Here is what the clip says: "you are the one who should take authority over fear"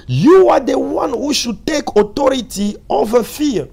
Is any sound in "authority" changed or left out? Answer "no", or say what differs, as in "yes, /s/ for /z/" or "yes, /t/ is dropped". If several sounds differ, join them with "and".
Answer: yes, /t/ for /θ/